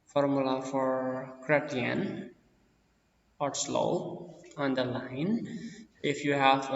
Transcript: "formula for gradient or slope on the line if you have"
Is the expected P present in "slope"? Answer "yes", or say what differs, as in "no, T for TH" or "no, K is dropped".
no, P is dropped